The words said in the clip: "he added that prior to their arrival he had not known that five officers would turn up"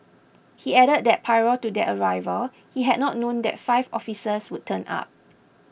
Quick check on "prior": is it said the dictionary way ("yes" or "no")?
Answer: no